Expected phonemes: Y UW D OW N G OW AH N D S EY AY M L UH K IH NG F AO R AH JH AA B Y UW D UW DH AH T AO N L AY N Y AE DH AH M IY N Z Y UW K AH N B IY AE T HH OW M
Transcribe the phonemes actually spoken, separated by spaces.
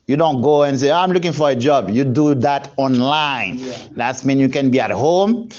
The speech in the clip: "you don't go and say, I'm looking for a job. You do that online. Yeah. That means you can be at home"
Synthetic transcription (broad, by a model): Y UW D OW N G OW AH N S EY AY M L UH K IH NG F AO R AH JH AA B Y UW D UW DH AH T AO N L AY N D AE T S M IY N Y UW K AH N B IY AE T HH OW M